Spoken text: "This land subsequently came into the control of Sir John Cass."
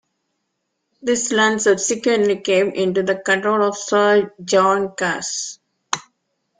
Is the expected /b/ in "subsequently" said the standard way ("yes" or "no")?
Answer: no